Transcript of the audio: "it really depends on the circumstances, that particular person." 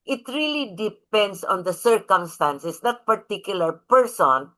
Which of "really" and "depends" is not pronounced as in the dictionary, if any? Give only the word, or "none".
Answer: depends